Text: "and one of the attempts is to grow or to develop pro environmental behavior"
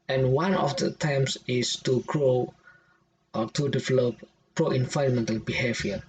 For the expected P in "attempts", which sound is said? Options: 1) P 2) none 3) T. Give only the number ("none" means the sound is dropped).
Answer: 2